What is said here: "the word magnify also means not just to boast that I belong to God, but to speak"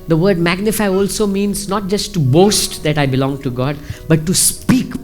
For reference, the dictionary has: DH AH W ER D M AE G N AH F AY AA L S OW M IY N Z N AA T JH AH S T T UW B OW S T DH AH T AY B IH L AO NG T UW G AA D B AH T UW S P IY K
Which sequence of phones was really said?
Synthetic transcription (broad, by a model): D AH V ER D M AE G N AH F AY AA L S OW M IY N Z N AA T JH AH S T T UW B OW S T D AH T AY B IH L AO NG T UW G AA D B AH T UW S P IY K